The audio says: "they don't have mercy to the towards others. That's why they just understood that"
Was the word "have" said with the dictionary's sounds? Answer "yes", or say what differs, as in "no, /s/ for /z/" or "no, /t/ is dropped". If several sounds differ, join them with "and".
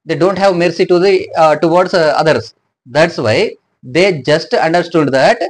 yes